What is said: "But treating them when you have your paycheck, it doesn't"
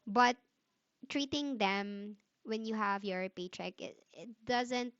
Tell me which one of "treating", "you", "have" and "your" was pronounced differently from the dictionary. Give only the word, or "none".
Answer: none